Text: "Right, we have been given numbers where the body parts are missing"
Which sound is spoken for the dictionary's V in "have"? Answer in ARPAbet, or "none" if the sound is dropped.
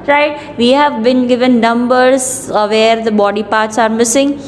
V